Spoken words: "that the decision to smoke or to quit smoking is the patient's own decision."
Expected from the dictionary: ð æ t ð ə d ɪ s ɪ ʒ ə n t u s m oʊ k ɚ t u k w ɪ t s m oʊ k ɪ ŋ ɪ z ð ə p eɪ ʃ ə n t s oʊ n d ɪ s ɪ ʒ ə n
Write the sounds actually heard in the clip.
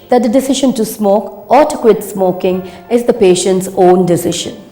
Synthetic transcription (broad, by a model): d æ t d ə d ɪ s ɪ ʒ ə n t u s m oʊ k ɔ t u k w ɪ t s m oʊ k ɪ ŋ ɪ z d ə p eɪ ʃ ə n t s oʊ n d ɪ s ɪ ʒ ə n